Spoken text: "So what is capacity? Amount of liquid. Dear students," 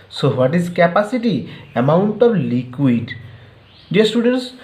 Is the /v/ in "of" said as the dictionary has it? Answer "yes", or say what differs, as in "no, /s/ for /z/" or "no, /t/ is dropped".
no, /b/ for /v/